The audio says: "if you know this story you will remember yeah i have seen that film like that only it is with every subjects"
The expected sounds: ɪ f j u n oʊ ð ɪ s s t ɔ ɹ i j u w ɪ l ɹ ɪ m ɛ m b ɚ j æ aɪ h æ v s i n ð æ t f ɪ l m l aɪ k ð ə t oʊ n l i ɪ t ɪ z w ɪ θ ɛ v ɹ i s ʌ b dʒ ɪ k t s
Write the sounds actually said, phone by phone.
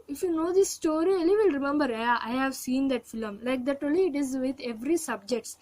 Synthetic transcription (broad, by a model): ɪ f j u n oʊ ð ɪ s s t ɔ ɹ i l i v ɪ l ɹ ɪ m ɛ m b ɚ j aɪ h æ v s i n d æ t f ɪ l m l aɪ k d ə t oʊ l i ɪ t ɪ z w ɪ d ɛ v ɹ i s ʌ b dʒ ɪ k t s